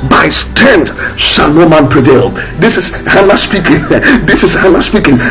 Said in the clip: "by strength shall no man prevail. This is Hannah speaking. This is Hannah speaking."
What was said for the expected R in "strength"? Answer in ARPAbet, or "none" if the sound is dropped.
none